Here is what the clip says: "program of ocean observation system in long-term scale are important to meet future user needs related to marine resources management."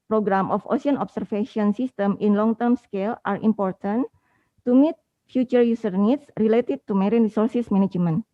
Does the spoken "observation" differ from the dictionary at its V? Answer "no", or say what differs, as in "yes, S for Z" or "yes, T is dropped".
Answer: yes, F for V